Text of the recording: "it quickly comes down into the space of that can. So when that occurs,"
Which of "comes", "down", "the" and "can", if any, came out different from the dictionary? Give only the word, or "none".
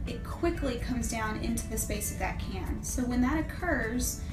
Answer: none